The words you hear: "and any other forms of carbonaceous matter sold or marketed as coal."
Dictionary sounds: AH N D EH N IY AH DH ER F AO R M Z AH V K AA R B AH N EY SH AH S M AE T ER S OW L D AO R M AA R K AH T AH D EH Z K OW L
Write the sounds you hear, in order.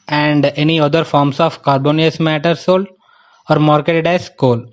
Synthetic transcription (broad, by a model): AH N D EH N IY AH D ER F AO R M S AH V K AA R B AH N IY AH S M AE T ER S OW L AO R M AA R K AH T AH D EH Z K OW L